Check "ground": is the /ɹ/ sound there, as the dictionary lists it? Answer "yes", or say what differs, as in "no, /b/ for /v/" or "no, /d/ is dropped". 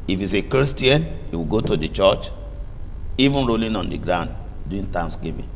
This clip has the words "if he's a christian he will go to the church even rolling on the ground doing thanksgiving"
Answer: yes